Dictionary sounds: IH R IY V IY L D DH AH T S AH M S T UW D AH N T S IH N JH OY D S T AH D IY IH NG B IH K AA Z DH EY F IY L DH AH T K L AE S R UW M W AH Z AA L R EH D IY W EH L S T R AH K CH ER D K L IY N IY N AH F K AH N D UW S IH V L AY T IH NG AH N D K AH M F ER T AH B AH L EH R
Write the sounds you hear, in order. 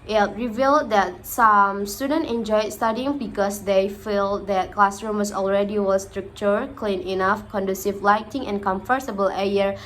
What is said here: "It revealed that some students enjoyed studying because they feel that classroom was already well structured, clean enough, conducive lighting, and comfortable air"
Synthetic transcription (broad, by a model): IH R IY V IY L D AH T S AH M S T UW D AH N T IH N JH OY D S T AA D IY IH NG B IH K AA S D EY F IY L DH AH T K L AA S R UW M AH S AA L R EH D IY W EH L S T R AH K CH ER K L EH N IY N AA F K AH N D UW S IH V L AY T IH NG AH N K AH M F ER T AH B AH L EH R